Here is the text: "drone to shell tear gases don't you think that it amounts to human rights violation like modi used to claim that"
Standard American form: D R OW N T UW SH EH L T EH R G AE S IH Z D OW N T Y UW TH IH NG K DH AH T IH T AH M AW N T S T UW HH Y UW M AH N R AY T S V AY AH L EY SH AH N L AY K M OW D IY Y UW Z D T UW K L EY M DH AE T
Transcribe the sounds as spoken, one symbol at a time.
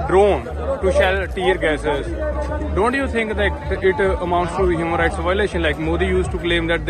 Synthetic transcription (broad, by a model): D R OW N T UW SH EH L T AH R G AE S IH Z D OW N T Y UW T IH NG K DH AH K IH T AH M AW N T S T UW HH Y UW M AH N R AY T S V AY AH L EY SH AH N L AY K M OW D IY Y UW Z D T UW K L EY M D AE T